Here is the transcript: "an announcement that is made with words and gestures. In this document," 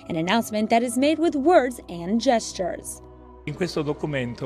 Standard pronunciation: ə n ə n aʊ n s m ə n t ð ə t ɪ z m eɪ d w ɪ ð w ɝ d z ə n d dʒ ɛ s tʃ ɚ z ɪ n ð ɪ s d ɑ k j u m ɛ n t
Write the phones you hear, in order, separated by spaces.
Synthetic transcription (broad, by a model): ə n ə n aʊ n s m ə n ð ə t ɪ z m eɪ d w ɪ ð w ɝ d z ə n dʒ ɛ s tʃ ɚ z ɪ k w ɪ s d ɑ k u m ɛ n t